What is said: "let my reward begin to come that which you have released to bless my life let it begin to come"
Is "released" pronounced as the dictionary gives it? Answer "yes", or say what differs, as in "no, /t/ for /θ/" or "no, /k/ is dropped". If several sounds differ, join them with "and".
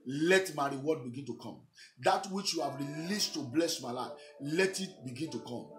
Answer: yes